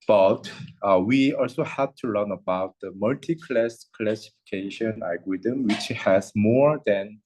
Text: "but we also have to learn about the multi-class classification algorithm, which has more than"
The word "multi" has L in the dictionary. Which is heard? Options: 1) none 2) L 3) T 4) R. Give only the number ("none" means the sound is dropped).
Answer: 2